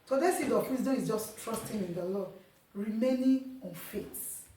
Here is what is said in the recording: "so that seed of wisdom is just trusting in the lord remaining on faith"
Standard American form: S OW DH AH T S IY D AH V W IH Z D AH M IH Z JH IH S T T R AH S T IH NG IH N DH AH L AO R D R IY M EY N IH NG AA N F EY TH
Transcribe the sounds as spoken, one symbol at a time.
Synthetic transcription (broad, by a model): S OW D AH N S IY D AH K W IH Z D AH IH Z JH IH S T T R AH S T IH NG IH N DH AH L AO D R IY M EY N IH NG AA N F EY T